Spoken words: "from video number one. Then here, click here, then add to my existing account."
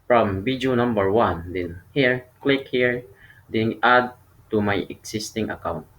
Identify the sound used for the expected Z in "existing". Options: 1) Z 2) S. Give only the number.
2